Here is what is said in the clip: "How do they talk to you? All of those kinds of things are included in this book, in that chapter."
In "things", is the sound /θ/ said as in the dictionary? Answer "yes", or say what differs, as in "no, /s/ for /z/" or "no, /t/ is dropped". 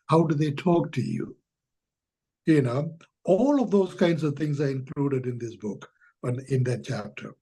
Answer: no, /t/ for /θ/